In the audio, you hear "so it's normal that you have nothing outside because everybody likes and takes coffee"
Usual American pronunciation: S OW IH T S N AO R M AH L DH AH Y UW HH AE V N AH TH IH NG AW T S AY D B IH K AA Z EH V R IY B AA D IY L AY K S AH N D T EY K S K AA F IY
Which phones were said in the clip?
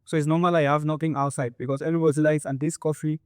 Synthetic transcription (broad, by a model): S OW IH T S N AO M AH L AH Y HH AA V N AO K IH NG AW T S AY D B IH K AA S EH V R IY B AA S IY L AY S AH N D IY S K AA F IY